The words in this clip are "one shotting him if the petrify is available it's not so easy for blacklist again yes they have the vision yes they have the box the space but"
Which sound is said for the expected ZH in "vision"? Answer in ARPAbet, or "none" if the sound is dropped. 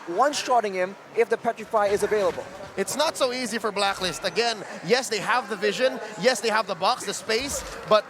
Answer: ZH